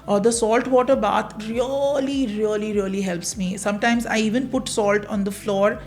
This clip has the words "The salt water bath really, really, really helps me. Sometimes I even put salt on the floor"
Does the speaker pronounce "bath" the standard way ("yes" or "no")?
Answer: no